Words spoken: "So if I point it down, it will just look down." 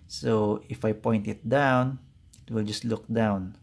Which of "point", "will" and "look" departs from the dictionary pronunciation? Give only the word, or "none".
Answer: none